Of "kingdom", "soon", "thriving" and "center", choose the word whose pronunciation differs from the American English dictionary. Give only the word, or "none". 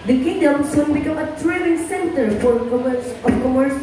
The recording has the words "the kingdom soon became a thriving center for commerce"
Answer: thriving